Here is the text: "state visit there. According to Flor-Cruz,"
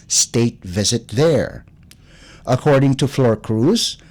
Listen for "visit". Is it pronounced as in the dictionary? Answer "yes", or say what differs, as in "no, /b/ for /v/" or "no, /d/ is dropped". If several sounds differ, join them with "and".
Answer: yes